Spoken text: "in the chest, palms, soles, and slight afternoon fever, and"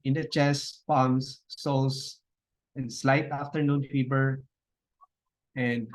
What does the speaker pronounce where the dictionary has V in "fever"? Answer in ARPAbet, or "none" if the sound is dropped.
B